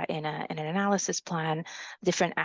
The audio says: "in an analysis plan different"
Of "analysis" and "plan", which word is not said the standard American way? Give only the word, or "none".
none